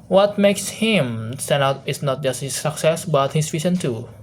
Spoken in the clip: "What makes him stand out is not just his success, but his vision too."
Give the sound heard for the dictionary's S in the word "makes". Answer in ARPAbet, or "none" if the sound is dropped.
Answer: S